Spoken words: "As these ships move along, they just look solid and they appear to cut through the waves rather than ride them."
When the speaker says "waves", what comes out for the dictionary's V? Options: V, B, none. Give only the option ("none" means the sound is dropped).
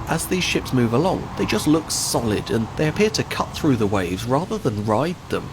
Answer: V